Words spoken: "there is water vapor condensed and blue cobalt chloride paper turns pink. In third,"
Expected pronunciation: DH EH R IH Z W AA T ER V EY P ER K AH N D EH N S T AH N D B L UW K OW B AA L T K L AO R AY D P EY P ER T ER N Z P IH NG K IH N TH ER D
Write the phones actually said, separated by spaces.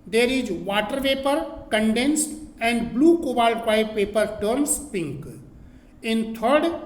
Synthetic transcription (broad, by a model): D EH R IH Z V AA T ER V EY P ER K AH N D EH N S T AH N D B L UW K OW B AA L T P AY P EY P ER T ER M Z P IH NG K IH N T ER D